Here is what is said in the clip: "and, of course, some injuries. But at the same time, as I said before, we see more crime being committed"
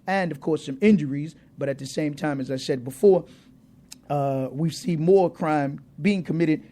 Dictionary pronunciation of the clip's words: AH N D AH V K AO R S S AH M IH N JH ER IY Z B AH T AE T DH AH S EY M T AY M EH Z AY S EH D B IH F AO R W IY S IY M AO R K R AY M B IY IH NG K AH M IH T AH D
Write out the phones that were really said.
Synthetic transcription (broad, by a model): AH N AH V K AO R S S AH M IH N JH ER IY Z B AH T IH T DH AH S EY M T AY M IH Z AY S EH D B IH F AO R W IY S IY M AO R K R AY M B IY IH NG K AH M IH T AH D